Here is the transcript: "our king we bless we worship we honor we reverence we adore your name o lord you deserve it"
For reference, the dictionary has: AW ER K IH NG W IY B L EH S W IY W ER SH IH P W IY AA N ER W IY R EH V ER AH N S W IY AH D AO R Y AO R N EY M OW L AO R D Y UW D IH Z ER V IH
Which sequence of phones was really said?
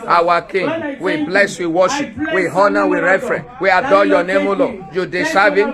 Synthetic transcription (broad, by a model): AW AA K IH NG W IY B L EH S W IY W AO SH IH P W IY AA N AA W IY R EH F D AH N W IY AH D AO Y AO N EY M OW L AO Y UW D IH S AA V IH